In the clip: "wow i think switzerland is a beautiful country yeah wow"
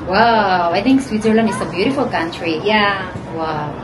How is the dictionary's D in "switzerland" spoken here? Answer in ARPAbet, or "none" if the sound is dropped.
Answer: none